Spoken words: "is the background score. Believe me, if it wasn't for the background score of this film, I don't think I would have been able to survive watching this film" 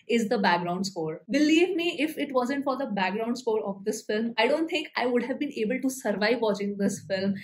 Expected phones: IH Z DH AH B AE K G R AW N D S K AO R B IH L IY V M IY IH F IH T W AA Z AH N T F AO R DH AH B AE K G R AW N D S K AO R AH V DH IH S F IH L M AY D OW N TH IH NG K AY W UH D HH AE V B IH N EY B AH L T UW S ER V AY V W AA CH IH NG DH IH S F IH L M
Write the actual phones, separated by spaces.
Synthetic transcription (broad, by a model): IH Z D AH B AE K G R AW N D S K AO R B IH L IY V M IY IH F IH T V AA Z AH N T F AO R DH AH B AE K G R AW N D S K AO R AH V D IH S F IH L M AY D OW N T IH NG K AY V UH D HH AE V B IH N EY B AH L T UW S ER V AY V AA CH IH NG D IH S F IH L M